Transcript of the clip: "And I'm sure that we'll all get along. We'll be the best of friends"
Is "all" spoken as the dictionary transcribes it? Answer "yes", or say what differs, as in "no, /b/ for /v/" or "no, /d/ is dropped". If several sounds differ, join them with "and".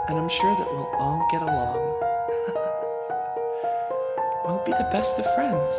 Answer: no, /n/ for /l/